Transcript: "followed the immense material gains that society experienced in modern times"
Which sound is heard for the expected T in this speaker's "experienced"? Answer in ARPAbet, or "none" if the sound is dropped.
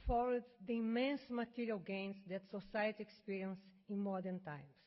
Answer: none